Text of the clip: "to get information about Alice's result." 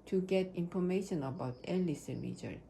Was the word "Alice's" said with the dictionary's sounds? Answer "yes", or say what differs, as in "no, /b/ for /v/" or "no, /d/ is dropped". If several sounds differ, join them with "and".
no, /z/ is dropped